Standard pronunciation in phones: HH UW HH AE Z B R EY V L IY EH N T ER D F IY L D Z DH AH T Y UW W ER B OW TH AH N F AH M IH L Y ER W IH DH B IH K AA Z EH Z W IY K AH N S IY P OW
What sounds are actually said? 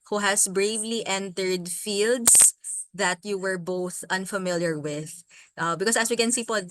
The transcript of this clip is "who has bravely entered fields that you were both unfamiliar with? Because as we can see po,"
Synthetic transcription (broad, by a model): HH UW HH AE S B R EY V L IY EH N T ER D F IY L D S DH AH T Y UW W ER B OW TH AH N F AH M IH L Y ER W IH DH B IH K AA S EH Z W IY K AH N S IY P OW